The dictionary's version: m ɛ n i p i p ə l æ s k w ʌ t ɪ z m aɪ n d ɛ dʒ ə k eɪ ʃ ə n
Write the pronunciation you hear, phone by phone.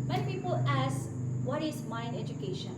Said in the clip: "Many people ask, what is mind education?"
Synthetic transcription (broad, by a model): m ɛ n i p i p ə l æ s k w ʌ t ɪ z m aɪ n ɛ dʒ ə k eɪ ʃ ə n